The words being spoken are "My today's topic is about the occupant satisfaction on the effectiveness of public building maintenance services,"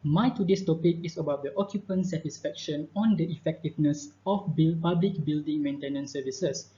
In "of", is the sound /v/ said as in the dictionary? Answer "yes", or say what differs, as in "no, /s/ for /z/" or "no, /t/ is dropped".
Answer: no, /b/ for /v/